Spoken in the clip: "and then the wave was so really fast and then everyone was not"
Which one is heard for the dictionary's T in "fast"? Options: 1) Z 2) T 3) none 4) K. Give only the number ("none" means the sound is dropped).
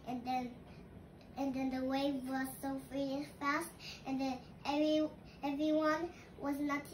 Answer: 2